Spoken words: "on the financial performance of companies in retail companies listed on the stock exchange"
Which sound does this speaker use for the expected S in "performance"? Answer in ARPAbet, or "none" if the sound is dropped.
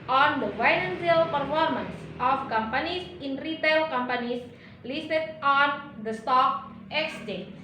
S